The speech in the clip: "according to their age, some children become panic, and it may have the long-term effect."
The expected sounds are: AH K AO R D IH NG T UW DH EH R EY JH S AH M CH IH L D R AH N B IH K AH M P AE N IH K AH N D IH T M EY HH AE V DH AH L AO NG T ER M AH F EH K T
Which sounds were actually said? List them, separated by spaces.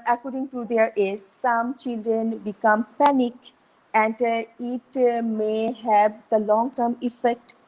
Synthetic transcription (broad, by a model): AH K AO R D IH NG T UW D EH R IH Z S AH M CH IH L D R AH N B IH K AH M P AE N IH K AH N D IH T M EY HH AE V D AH L AO NG T ER M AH F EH K T